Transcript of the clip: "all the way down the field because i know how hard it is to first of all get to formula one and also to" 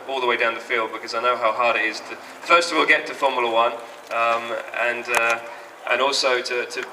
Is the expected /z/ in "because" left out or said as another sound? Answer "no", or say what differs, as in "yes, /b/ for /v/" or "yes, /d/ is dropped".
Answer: no